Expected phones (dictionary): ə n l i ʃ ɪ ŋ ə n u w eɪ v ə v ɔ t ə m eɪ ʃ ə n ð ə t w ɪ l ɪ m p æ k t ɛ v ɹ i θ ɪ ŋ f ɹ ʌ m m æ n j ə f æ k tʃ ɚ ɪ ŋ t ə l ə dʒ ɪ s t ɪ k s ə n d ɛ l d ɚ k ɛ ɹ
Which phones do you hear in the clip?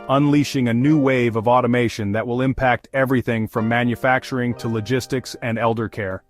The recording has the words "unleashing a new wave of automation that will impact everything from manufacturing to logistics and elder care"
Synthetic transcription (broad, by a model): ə n l i ʃ ɪ ŋ ə n u w eɪ v ə v ɔ t ə m eɪ ʃ ə n ð ə t w ɪ l ɪ m p æ k t ɛ v ɹ i θ ɪ ŋ f ɹ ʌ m m æ n j ə f æ k tʃ ɚ ɪ ŋ t ə l ə dʒ ɪ s t ɪ k s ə n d ɛ l d ɚ k ɛ ɹ